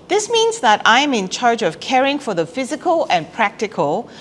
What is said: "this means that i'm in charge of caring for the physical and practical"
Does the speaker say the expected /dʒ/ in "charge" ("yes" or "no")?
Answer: yes